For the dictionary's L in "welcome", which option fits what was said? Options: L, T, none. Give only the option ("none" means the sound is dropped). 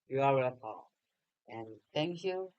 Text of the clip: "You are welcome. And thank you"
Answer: none